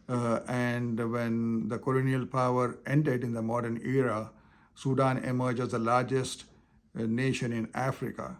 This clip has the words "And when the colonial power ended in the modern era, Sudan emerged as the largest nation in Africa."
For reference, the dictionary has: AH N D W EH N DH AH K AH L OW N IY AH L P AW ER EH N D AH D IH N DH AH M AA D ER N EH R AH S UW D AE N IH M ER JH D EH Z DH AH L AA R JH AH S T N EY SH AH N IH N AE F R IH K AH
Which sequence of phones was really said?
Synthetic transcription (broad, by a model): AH N D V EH N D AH K AH L OW N IY AH L P AW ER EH N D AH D IH N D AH M AA D ER N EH R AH S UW D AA N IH M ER JH IH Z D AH L AA R JH AH S T N EY SH AH N IH N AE F R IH K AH